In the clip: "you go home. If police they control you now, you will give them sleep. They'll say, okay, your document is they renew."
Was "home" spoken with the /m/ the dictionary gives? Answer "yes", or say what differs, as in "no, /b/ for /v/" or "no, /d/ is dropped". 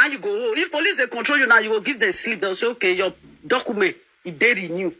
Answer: no, /m/ is dropped